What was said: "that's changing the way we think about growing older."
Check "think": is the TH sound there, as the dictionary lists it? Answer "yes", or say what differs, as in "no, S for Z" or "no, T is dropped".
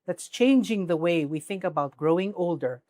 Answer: yes